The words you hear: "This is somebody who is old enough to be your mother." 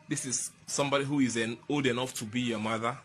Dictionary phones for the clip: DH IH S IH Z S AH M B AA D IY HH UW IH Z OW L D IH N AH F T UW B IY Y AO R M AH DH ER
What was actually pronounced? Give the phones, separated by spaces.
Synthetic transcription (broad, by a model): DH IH S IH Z S AH M B AA D IY HH UW IH Z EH N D IH N AH F T UW B IY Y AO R M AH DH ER